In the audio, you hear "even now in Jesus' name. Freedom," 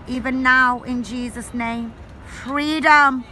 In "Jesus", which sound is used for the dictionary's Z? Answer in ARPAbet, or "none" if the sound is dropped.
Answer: Z